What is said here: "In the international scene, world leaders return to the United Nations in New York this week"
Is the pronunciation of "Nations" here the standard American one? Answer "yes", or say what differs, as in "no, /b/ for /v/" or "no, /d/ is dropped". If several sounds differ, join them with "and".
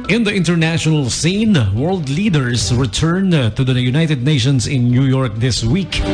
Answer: no, /s/ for /z/